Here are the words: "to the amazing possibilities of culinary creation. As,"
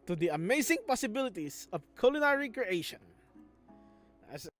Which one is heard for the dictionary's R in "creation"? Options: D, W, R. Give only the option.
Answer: R